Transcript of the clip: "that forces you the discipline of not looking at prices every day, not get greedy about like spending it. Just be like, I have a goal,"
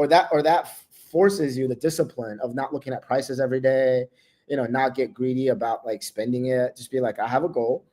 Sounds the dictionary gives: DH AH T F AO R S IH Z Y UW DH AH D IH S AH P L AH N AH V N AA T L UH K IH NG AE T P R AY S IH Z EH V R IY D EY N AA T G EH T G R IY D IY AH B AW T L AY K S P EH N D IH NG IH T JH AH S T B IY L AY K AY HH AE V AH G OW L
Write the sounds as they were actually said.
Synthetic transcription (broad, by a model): DH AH T F AO R S IH Z Y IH DH AH D IH S AH P L AH N AH V N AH T L UH K IH NG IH T P R AY S IH Z EH V R IY D EY N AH T G EH T G R IY D IY AH B AW T L AY K S P EH N D IH NG IH T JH AH S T B IY L AY K AY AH V AH G OW L